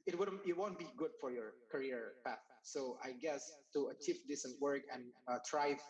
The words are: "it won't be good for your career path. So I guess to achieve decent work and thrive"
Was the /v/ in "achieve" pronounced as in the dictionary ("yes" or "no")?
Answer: no